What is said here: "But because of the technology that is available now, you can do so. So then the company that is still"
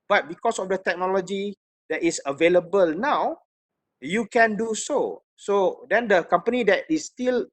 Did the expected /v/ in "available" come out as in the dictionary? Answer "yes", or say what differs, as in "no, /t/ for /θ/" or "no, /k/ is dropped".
yes